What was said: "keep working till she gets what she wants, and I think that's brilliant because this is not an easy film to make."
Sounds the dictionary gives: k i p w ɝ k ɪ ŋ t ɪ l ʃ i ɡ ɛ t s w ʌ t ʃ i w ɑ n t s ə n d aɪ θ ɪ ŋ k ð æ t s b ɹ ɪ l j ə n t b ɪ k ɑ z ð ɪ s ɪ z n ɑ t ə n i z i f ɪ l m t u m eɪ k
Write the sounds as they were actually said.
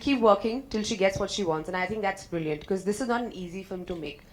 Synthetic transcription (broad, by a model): k i p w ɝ k ɪ ŋ t ɪ l ʃ i ɡ ɛ t s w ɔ t ʃ i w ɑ n t s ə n aɪ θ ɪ ŋ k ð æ t s b ɹ ɪ l j ə n t k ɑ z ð ɪ s ɪ z n ɑ t ə n i z i f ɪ m t u m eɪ k